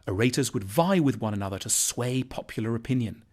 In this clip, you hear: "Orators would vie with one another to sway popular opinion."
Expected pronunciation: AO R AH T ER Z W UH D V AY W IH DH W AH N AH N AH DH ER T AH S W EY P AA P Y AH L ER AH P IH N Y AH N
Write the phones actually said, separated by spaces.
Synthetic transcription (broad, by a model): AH R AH T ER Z W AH D V AY W IH DH W AH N AH N AH DH ER T AH S W EY P AA P Y L ER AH P IH N Y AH N